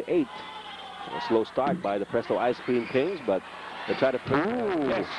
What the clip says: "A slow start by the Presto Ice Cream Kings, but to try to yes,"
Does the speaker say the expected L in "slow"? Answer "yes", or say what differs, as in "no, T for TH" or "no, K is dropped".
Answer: yes